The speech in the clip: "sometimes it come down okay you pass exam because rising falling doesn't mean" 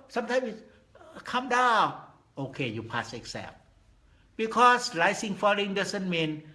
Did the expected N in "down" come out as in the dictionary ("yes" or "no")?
no